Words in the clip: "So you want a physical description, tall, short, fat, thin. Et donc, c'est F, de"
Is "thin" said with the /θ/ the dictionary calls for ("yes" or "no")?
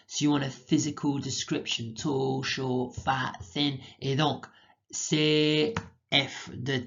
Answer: yes